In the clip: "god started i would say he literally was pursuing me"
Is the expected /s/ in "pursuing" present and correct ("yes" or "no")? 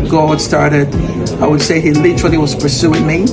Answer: yes